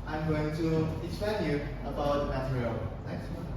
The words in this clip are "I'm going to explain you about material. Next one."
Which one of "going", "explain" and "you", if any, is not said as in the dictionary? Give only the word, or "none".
explain